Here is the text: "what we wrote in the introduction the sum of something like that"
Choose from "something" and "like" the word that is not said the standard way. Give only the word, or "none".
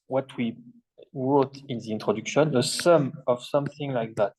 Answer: none